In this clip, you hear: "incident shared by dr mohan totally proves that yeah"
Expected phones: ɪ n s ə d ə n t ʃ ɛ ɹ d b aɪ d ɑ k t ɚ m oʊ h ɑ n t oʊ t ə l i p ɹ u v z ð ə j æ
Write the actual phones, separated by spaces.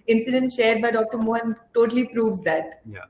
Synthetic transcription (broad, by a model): ɪ n s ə d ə n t ʃ ɛ ɹ d b aɪ d ɑ k t ɚ m oʊ h ɑ n t oʊ t ə l i p ɹ u v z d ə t